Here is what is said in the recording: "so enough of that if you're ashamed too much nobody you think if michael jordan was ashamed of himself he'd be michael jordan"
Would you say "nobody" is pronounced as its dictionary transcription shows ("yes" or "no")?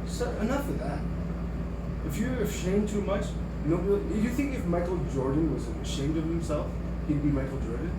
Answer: no